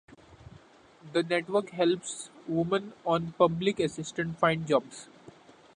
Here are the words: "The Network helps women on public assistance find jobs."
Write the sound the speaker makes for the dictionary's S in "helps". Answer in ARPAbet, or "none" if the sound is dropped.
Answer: S